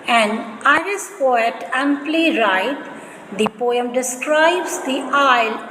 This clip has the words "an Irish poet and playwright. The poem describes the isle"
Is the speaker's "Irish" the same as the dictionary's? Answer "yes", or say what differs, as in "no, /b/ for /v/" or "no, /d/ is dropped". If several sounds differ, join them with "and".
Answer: no, /s/ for /ʃ/